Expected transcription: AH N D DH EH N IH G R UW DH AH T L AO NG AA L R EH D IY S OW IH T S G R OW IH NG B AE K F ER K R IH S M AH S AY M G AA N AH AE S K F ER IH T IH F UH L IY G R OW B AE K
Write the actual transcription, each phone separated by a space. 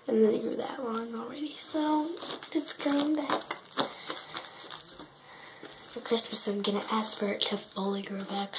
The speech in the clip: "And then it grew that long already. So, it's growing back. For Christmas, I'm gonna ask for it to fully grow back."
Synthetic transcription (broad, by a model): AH N DH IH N IH G R UW DH AH T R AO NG L R EH D IY S OW IH T S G OW IH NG B AE K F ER K R IH S M AH S AY M G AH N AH AE S K F ER IH T IH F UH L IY G R OW B AE K